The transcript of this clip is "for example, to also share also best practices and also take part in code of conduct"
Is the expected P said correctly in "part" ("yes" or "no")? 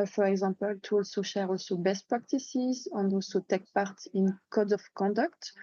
yes